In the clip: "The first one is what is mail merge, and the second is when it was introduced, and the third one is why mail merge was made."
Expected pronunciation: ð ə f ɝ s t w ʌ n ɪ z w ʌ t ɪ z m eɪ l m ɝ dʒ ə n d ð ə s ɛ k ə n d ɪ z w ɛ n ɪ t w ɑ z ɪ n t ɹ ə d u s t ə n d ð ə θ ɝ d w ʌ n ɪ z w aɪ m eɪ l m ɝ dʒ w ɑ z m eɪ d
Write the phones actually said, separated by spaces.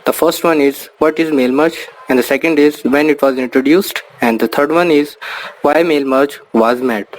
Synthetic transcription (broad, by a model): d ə f ɝ s t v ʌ n ɪ z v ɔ t ɪ z m eɪ l m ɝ tʃ ə n d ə s ɛ k ə n d ɪ z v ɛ n ɪ t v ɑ z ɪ n t ɹ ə d u s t ə n d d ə t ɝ d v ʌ n ɪ z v aɪ m eɪ l m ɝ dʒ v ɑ z m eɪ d